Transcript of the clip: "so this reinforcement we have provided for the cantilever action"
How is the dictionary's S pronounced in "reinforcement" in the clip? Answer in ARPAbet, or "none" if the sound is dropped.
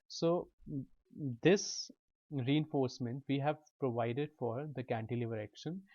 S